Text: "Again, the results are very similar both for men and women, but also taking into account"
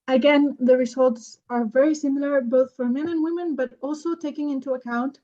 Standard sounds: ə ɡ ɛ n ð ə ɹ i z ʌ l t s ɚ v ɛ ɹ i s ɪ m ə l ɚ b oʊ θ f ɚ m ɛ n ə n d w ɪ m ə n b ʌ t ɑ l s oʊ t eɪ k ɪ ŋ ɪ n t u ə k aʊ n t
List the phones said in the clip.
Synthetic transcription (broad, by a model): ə ɡ ɛ n ð ə ɹ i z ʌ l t s ɚ v ɛ ɹ i s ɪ m l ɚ b oʊ θ f ɚ m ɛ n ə n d w ɪ m ə n b ʌ t ɑ l s oʊ t eɪ k ɪ ŋ ɪ n t u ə k aʊ n t